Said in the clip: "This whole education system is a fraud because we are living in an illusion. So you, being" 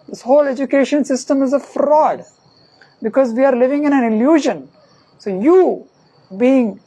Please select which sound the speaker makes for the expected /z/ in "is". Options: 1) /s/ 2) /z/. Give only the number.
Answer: 2